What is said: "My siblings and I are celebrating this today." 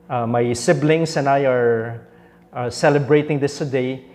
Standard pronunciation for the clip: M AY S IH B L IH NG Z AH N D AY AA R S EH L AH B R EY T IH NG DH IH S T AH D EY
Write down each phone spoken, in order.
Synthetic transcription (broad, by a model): M AY S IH B L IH NG S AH N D AY AA R S EH L AH B R EY T IH NG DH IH S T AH D EY